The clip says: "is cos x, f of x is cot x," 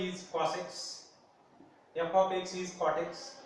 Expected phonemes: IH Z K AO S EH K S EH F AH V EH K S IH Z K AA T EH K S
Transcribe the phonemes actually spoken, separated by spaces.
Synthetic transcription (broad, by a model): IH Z K AO S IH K S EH P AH P EH K S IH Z K AA T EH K S